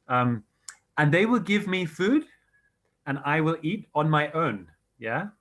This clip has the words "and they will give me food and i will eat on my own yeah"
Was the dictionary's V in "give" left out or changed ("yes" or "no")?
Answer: no